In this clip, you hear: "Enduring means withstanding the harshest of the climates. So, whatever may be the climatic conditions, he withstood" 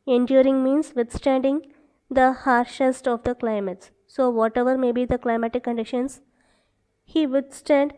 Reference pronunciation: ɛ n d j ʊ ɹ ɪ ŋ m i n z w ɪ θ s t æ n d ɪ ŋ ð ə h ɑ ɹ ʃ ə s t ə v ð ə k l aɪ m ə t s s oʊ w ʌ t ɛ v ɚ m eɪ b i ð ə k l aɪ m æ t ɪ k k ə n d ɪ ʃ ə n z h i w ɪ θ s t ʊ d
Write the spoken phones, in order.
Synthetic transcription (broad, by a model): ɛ n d j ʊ ɹ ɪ ŋ m i n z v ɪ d s t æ n d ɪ ŋ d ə h ɑ ɹ ʃ ə s t ə v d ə k l aɪ m ə t s s oʊ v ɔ t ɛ v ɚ m eɪ b i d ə k l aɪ m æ t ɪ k k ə n d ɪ ʃ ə n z h i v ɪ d s t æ d